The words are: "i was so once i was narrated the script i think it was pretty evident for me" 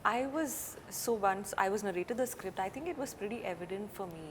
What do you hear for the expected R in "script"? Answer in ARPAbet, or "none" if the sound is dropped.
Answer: R